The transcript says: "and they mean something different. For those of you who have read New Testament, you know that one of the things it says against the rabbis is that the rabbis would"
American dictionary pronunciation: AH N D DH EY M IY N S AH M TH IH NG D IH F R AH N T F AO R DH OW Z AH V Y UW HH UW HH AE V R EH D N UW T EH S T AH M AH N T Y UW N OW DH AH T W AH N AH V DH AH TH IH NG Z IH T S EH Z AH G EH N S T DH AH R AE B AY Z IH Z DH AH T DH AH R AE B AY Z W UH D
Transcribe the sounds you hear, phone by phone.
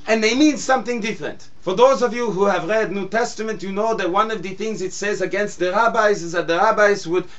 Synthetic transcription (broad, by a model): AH N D DH EY M IY N S AH M TH IH NG D IH F R AH N T F AO R DH OW Z AH V Y UW HH UW HH AE V R EH D N UW T EH S T AH M AH N T Y UW N OW DH AH T W AH N AH V DH AH TH IH NG Z IH T S EH Z AH G EH N S T DH AH R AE B AY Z IH Z DH AH T DH AH R AE B AY Z W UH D